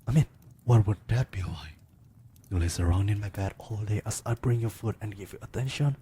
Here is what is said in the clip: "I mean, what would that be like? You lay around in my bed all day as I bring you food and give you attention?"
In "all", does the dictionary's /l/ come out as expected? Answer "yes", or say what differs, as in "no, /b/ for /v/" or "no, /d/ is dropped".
yes